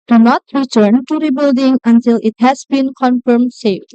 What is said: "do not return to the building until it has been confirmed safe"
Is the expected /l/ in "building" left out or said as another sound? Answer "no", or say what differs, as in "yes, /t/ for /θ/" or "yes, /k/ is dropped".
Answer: no